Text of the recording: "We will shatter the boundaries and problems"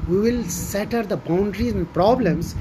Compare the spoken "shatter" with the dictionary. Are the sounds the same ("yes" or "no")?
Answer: no